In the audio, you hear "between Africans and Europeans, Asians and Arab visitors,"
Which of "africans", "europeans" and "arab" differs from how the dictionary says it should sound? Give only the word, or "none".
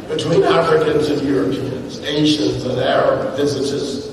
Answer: none